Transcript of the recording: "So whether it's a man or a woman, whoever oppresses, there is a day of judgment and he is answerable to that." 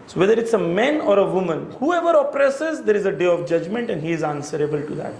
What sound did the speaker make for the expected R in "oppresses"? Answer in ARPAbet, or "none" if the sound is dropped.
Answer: R